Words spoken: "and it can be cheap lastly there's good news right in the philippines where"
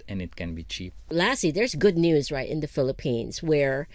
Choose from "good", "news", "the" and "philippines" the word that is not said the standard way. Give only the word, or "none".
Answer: none